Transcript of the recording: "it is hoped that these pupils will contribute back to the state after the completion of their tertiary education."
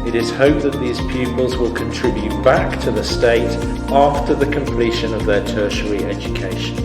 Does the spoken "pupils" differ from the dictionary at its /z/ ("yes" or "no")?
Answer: no